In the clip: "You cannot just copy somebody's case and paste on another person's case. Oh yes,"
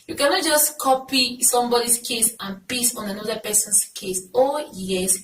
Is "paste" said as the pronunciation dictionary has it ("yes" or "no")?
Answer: no